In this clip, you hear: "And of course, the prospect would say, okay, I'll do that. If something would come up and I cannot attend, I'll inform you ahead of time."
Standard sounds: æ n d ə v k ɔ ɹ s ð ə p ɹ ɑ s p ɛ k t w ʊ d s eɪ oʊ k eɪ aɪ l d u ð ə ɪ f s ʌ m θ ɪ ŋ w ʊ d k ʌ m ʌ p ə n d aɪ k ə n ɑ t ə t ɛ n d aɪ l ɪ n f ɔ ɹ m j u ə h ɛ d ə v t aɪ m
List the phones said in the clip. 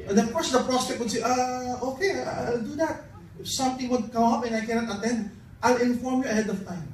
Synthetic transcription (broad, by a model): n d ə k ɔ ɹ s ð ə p ɹ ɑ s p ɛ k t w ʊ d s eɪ oʊ k eɪ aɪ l d u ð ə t s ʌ m t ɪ ŋ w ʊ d k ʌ m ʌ p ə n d aɪ k ə n ɑ t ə t ɛ n d aɪ l ɪ n f ɔ ɹ m j u ə h ɛ d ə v t aɪ m